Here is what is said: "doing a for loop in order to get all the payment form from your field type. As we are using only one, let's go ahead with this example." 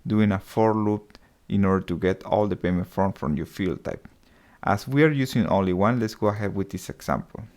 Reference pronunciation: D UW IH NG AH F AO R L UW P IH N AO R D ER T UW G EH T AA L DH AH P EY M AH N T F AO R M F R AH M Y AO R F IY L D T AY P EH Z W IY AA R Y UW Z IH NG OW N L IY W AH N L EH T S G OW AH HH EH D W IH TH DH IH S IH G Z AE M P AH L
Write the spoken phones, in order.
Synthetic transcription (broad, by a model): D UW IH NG AH F AO R L UW P IH N AO R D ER T UW G EH T AA L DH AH P EY M AH N T F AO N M F R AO M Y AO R F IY L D T AY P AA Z W IY AA R Y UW S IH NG OW N L IY W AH N L EH T S G OW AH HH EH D W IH DH IH S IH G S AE M P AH L